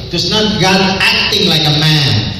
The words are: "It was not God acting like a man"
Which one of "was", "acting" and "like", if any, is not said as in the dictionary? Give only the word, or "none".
was